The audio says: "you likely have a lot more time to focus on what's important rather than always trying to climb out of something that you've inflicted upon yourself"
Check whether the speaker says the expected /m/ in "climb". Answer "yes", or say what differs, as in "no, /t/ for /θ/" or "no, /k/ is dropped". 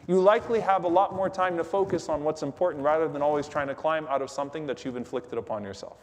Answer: yes